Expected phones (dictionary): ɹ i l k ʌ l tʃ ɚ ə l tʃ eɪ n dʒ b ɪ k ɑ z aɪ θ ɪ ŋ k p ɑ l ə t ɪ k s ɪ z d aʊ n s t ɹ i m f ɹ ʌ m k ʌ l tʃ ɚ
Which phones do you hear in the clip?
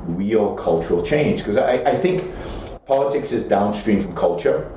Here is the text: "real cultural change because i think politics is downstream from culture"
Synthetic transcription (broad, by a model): ɹ i l k ʌ l tʃ ɚ ə l tʃ eɪ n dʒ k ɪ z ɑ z aɪ θ ɪ ŋ k p ɑ l ə t ɪ k s ɪ z d aʊ n s t ɹ i m f ɹ ʌ m k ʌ l tʃ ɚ